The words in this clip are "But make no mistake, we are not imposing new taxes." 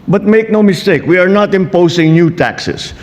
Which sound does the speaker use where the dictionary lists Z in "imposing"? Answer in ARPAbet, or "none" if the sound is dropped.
S